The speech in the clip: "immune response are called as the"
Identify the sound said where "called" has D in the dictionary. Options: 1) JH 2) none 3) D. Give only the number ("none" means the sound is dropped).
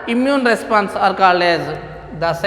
2